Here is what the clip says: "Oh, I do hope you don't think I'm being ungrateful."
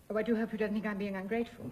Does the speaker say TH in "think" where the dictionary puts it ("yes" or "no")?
yes